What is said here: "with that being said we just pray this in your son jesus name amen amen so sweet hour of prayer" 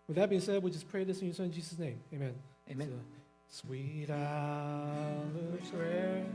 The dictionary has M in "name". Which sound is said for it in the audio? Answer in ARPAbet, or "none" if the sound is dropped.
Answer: none